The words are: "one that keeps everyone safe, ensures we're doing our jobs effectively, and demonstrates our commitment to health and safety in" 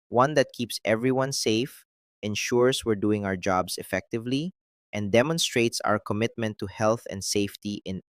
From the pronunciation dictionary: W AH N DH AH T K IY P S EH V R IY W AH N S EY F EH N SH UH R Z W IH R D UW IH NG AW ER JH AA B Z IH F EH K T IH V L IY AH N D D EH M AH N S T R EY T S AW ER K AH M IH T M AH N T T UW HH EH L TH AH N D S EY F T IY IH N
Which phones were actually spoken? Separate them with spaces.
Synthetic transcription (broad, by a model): W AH N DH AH T K IY P S EH V R IY W AH N S EY F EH N SH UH R S W IH R D UW IH NG AW ER JH AA B S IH F EH K T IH V L IY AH N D D EH M AH N S T R EY T S AW ER K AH M IH T M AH N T T UW HH EH L TH AH N D S EY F T IY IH N